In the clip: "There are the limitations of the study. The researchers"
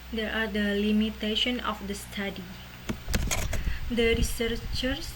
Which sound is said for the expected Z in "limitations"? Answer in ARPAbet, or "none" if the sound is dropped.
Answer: none